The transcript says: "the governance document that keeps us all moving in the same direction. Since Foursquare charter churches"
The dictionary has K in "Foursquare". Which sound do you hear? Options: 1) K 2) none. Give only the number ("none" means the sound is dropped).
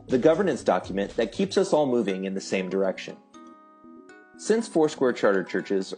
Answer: 1